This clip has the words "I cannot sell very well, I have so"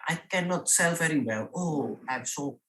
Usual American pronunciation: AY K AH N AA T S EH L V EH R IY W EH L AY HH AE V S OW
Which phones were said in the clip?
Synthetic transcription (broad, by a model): AY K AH N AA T S EH L V EH R IY W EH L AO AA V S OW